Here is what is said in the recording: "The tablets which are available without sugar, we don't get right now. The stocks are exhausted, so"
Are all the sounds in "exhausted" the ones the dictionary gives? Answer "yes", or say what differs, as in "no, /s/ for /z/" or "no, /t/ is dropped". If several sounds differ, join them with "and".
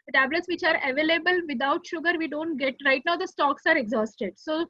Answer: yes